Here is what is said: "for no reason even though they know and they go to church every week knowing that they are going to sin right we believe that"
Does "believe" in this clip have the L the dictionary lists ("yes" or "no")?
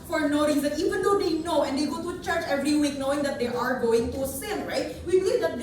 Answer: no